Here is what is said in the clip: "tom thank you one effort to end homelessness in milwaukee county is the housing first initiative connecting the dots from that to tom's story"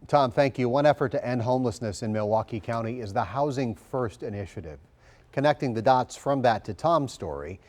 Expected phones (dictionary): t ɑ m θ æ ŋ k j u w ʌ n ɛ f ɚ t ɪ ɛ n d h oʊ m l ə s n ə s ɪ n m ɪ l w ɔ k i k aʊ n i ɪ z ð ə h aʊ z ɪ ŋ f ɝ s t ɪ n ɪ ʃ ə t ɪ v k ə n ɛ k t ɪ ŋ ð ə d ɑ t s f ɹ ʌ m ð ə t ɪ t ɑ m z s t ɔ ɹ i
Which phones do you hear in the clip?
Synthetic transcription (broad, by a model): t ɑ m θ æ ŋ k j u w ʌ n ɛ f ɚ t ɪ ɛ n d h oʊ m l ə s n ə s ɪ n m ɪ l w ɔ k i k aʊ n i ɪ z ð ə h aʊ z ɪ ŋ f ɝ s t ɪ n ɪ ʃ ə t ɪ v k ə n ɛ k t ɪ ŋ ð ə d ɑ t s f ɹ ʌ m ð ə t ɪ t ɑ m s t ɔ ɹ i